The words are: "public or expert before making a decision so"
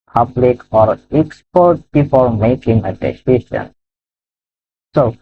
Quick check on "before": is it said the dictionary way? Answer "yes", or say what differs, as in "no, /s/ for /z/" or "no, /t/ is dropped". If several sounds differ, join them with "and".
no, /p/ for /f/ and /l/ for /ɹ/